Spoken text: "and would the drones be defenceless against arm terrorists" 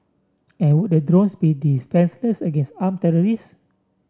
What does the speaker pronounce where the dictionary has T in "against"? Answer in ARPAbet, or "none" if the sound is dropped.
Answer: T